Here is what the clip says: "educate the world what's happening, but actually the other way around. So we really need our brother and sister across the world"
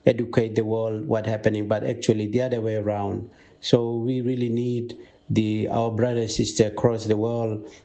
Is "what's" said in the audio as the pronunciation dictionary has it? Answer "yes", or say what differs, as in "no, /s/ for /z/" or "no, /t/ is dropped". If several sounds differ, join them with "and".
no, /s/ is dropped